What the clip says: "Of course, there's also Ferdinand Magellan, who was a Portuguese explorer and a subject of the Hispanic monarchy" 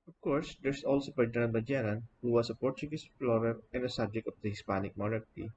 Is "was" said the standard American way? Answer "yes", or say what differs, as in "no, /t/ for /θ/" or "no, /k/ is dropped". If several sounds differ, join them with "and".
no, /s/ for /z/